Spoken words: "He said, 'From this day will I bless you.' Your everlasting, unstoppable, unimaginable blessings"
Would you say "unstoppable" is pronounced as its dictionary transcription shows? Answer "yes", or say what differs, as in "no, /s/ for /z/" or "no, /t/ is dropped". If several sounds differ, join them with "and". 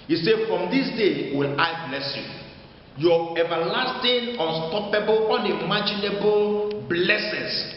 yes